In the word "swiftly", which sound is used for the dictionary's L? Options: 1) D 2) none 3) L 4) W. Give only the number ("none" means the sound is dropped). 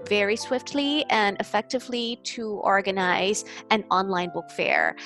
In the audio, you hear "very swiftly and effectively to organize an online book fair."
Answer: 3